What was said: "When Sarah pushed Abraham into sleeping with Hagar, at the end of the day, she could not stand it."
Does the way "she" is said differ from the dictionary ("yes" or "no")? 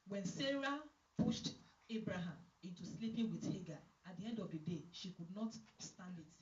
no